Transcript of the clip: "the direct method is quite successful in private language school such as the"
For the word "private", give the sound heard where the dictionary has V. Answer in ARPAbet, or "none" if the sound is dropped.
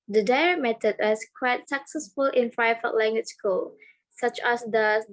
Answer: F